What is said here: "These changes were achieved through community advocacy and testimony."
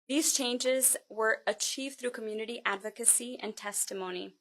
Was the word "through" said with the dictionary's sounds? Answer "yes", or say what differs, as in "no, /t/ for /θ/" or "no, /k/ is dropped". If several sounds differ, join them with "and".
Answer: yes